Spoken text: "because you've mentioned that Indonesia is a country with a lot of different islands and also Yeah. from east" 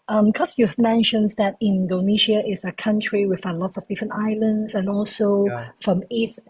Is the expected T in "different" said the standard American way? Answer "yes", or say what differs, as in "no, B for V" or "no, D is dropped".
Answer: yes